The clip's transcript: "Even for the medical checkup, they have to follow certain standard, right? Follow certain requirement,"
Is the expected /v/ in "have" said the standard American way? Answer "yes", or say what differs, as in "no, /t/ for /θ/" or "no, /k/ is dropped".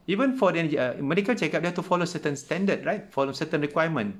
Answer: no, /f/ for /v/